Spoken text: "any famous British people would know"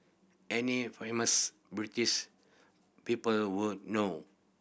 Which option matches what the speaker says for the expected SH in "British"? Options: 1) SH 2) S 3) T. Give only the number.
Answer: 2